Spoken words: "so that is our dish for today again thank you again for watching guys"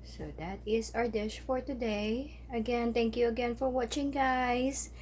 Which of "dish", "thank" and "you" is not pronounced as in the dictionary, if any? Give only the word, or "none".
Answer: thank